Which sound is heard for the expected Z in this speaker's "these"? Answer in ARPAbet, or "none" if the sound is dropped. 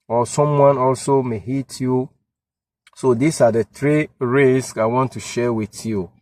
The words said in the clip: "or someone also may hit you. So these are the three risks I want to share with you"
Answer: S